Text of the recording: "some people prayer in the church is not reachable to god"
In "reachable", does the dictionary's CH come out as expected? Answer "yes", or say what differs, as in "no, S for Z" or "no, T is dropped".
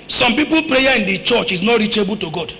yes